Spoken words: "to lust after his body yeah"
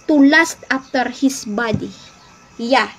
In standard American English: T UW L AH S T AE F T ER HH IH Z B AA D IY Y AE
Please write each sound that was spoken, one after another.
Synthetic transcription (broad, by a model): T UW L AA S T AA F T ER HH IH S B AA D IY Y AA